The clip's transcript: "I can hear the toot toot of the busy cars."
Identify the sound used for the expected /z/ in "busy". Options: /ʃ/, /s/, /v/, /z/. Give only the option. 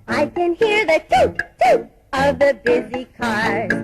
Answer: /z/